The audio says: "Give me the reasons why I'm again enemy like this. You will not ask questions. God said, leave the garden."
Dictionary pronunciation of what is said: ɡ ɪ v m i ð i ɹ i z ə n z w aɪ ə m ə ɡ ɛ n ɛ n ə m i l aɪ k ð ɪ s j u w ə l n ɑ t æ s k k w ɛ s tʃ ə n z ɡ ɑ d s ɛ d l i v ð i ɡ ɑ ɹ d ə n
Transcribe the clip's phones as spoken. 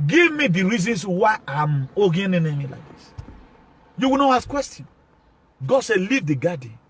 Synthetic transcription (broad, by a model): ɡ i v m i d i ɹ i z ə n s w aɪ ə m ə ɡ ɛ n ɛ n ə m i l aɪ k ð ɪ s j u w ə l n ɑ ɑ s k k w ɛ s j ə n ɡ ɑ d s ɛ l i v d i ɡ ɑ d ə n